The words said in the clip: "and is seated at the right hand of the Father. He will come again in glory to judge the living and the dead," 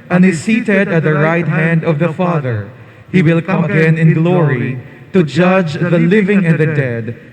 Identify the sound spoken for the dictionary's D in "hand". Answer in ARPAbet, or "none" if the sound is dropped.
D